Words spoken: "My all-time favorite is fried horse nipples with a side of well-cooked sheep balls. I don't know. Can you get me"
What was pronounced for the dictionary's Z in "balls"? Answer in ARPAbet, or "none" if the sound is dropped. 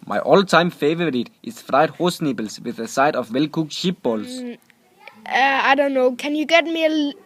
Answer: S